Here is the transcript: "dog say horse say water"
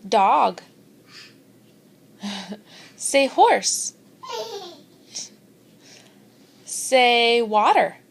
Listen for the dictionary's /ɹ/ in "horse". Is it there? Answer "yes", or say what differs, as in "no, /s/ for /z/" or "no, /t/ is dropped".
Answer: yes